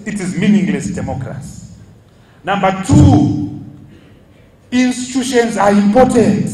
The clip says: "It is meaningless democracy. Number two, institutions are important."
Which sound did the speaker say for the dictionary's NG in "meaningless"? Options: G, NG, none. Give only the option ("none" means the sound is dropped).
NG